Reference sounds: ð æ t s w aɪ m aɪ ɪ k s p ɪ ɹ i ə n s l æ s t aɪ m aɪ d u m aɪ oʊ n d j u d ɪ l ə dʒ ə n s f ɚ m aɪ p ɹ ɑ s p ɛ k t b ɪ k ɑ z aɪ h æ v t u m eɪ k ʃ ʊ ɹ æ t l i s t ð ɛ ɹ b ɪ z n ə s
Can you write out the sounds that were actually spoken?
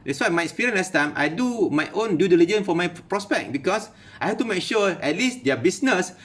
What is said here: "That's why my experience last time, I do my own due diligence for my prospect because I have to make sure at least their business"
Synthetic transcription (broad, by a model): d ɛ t s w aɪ m aɪ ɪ k s p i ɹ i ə n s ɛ s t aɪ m aɪ d u m aɪ oʊ n d j u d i l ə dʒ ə n f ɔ m aɪ p ɹ ɑ s p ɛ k b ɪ k ɑ s aɪ h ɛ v t u m eɪ k ʃ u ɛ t l i s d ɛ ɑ b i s n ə s